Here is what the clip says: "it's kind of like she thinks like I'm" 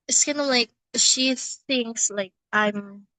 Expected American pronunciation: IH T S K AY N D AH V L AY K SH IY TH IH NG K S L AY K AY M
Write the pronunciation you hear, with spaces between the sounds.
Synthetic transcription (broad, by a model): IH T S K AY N AH L AY K SH IY TH IH NG K S L AY K AY M